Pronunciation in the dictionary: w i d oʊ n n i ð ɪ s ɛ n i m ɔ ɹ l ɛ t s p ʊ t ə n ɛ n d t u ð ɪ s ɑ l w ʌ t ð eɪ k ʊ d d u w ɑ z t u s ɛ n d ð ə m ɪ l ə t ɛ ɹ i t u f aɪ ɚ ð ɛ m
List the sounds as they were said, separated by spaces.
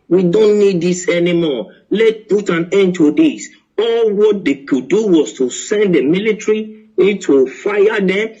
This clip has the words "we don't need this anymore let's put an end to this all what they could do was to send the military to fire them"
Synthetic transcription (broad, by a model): w i d oʊ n n i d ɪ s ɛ n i m ɔ l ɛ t p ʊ t ə n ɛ n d t u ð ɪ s ɑ l w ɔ t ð eɪ k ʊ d d u w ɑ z t u s ɛ n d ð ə m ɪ l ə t ɹ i t u f aɪ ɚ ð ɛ m